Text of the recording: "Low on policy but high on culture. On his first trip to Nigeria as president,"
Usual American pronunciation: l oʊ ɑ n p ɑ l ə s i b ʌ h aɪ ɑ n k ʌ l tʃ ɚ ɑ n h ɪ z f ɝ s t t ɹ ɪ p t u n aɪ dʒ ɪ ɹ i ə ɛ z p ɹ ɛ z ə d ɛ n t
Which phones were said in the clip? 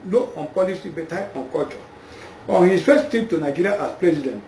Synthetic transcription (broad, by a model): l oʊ ɑ n p ɑ l ə s i b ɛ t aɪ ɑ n k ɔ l tʃ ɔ ɑ n h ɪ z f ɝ s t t i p t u n aɪ dʒ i ɹ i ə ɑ s p ɹ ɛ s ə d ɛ n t